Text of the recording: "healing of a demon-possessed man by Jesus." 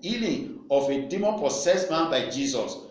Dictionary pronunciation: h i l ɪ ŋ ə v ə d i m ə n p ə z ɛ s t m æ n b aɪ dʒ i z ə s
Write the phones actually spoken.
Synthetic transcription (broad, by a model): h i l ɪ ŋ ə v ə d i m ə n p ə s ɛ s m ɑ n b aɪ dʒ i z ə s